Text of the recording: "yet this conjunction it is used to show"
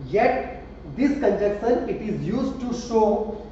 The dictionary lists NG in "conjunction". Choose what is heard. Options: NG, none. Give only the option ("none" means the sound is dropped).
none